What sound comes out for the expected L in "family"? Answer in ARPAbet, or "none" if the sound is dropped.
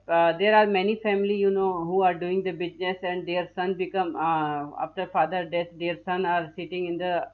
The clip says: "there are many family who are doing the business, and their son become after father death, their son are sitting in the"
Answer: N